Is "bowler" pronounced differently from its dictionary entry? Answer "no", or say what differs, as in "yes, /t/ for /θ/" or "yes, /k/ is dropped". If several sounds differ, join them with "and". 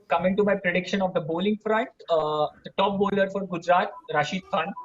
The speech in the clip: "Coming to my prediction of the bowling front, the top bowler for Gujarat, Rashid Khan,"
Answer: no